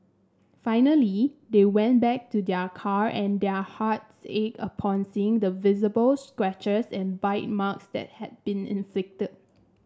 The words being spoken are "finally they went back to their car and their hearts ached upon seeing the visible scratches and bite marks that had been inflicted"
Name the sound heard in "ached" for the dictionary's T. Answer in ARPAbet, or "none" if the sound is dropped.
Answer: none